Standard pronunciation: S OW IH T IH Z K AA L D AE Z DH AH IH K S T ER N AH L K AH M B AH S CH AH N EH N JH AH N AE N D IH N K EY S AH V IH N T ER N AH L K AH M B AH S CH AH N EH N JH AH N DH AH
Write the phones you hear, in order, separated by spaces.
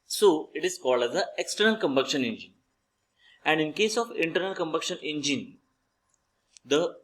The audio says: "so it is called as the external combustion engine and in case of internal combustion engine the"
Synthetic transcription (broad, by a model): S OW IH T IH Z K AA L D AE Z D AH IH K S T ER N AH L K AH M B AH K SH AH N EH N JH AH N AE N D IH N K EY S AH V IH N T ER N AH L K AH M B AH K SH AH N EH N JH AH N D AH